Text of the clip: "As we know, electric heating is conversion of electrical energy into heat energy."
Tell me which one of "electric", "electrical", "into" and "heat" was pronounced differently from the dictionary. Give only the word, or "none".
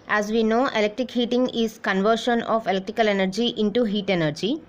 none